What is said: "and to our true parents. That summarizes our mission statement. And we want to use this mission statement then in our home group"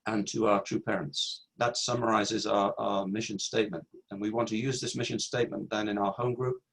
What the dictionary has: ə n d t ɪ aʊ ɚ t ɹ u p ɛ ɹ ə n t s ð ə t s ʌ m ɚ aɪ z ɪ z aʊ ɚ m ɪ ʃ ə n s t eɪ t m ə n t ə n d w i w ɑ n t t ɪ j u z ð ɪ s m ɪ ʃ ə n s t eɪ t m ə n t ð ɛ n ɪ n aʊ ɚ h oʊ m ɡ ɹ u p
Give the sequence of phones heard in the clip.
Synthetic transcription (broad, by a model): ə n t ɪ aʊ ɚ t ɹ u p ɛ ɹ ə n t s ð ə t s ʌ m ɚ aɪ z ɪ z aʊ ɚ m ɪ ʃ ə n s t eɪ t m ə n t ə n w i w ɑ n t t ɪ j u z ð ɪ s m ɪ ʃ ə n s t eɪ t m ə n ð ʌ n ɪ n aʊ ɚ h oʊ m ɡ ɹ u p